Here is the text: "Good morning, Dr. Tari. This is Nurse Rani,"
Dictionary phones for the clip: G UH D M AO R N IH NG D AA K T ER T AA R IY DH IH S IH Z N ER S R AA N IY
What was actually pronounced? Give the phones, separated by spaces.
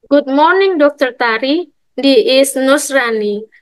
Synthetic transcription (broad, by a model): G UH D M AO R N IH NG D AA K T ER T AA R IY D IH IH S N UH S R AA N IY